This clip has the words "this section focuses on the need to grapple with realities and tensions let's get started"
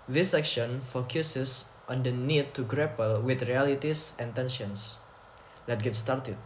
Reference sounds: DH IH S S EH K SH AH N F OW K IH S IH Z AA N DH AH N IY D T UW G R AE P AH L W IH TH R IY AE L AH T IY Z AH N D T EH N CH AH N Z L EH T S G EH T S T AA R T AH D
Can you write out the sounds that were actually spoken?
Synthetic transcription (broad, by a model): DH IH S S EH K SH AH N F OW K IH S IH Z AA N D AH N IY D T UW G R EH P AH L W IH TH R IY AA L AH T IY S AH N T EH N SH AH N S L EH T G EH T S T AA R T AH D